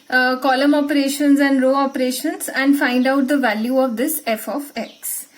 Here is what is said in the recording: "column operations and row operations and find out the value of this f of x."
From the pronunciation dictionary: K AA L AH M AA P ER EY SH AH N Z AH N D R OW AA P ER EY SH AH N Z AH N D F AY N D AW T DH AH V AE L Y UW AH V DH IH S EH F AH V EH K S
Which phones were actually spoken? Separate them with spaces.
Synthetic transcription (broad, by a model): K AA L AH M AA P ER EY SH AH N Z AH N D R OW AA P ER EY SH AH N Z AH N D F AY N D AW T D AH V AE L Y UW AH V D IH S EH F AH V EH K S